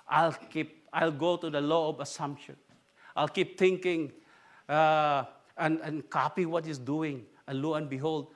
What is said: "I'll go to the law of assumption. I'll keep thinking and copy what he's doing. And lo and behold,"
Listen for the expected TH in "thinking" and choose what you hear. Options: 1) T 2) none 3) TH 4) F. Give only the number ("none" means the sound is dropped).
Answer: 1